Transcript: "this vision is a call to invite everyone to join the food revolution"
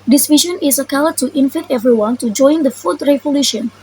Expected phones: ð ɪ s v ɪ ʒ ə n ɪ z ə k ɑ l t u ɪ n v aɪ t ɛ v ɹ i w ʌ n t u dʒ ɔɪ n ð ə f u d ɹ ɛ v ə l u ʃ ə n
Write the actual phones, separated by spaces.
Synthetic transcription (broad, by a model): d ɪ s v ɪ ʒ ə n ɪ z ə k ɑ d t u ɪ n f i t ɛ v ɹ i w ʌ n t u dʒ ɔɪ n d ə f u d ɹ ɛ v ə l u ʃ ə n